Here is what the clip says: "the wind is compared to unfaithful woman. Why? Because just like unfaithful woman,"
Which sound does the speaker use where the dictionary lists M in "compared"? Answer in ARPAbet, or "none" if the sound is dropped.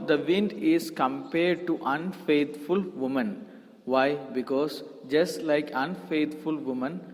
M